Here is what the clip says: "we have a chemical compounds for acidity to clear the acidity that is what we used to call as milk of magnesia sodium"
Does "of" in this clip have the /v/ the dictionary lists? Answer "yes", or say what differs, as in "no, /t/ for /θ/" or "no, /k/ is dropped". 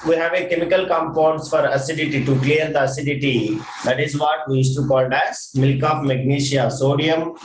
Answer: no, /p/ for /v/